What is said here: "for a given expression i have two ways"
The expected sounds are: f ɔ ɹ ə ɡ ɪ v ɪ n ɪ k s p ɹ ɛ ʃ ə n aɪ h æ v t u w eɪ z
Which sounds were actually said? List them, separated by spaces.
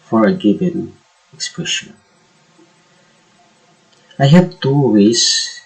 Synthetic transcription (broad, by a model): f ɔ ɹ ə ɡ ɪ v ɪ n ɪ k s p ɹ ɛ ʃ ə n aɪ h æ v t u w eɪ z